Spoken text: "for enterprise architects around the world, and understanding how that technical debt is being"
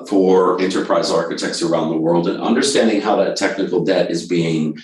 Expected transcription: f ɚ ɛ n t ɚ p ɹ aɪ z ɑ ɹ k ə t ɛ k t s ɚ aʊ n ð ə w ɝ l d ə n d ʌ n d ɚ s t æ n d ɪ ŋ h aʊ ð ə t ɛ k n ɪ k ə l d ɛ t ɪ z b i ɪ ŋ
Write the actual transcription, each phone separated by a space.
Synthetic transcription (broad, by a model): f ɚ ɛ n t ɚ p ɹ aɪ z ɑ ɹ k ə t ɛ k t s ɚ aʊ n ð ə w ɝ l d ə n ʌ n d ɚ s t æ n d ɪ ŋ h aʊ ð ə t ɛ k n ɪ k l d ɛ t ɪ z b i ɪ ŋ